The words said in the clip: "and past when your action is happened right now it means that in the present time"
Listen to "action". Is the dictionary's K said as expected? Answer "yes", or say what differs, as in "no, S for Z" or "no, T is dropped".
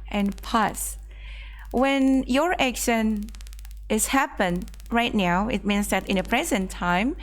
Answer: yes